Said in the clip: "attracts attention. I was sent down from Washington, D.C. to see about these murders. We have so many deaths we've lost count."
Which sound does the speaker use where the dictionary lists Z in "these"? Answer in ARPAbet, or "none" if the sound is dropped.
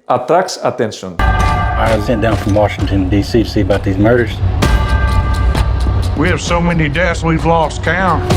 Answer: Z